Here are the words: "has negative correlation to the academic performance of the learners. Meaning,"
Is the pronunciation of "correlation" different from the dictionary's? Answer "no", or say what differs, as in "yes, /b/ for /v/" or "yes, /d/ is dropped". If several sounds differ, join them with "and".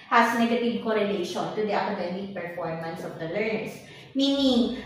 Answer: no